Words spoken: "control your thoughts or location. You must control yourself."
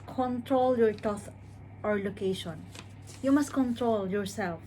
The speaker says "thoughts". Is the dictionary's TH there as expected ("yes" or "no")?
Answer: no